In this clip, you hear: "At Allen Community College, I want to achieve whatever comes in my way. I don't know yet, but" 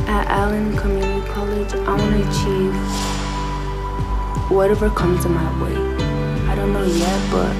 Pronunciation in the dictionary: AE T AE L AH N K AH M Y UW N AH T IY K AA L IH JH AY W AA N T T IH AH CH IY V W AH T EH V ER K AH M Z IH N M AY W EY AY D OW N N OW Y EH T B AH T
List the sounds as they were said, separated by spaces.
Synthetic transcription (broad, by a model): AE T AE L AH N K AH M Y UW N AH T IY K AA L IH JH AY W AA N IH AH CH IY V W AH T EH V ER K AH M Z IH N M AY W EY AY D OW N N OW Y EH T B AH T